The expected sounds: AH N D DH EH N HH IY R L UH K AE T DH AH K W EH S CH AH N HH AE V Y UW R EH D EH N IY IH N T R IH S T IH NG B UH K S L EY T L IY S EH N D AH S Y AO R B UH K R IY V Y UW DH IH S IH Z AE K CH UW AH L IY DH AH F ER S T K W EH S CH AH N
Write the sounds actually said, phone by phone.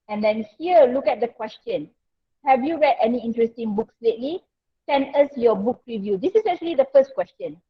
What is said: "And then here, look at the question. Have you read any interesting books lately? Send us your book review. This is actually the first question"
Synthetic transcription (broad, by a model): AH N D EH N HH IY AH L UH K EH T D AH K W EH S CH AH N HH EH V Y UW R EH D EH N IY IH N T R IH S T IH NG B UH K S L EY T L IY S EH N AH S Y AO B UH K R IY V Y UW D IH S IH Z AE K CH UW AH L IY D AH F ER S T K W EH S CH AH N